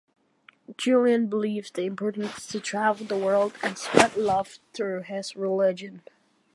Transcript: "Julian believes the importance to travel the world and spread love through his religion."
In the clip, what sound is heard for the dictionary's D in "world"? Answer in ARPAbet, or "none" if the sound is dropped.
D